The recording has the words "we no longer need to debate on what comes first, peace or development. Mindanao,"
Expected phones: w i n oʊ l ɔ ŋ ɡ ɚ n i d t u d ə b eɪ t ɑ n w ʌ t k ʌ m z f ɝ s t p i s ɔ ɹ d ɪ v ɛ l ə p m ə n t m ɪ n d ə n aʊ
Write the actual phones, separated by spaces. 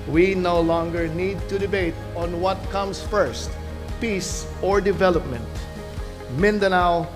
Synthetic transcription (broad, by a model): w i n oʊ l ɔ ŋ ɡ ɚ n i d t u d ə b eɪ t ɑ n w ʌ t k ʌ m s f ɝ s t p i s ɔ ɹ d ɪ v ɛ l ə p m ə n t m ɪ n d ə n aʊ